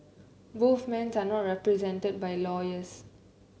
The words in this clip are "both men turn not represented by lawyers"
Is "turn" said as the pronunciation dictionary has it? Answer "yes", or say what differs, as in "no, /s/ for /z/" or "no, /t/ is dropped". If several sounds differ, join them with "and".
no, /s/ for /t/